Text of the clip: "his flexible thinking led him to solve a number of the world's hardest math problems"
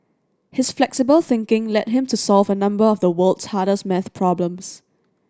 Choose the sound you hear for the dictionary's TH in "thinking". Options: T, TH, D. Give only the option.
TH